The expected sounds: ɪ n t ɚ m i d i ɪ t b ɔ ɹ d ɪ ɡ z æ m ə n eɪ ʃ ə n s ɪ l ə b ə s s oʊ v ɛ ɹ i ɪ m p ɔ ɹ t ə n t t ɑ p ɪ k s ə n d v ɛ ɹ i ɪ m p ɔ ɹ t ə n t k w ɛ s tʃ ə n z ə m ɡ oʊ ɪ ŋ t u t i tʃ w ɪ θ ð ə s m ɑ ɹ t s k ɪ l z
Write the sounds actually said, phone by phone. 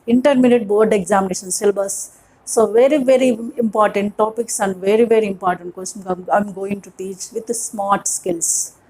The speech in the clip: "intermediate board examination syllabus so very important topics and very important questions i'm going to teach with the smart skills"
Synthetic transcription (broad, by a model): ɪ n t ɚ m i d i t b ɔ ɹ d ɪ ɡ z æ m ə n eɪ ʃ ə n s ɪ l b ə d s oʊ v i ɹ i ɪ m p ɔ ɹ t ə n t t ɑ p ɪ k s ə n d v ɛ ɹ i ɪ m p ɔ ɹ t ə n t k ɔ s ə ə m ɡ oʊ ɪ ŋ t u t i tʃ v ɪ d s m ɑ ɹ t s k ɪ l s